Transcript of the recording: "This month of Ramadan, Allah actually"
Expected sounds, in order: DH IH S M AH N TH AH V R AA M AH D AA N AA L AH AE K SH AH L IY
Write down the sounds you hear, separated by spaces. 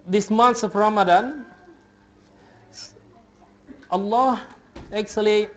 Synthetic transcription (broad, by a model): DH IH S M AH N S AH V R AA M AH D AA N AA L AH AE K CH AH L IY